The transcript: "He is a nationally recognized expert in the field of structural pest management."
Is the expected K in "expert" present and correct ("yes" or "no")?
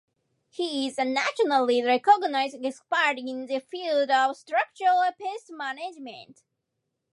no